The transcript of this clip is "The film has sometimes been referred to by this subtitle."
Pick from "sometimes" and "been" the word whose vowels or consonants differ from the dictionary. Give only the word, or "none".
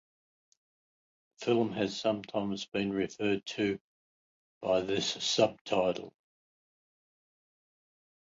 none